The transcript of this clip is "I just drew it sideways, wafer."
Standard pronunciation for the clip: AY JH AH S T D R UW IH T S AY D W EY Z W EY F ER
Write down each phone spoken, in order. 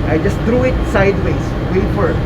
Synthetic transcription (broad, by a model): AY JH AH S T D R UW IH T S AY D W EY S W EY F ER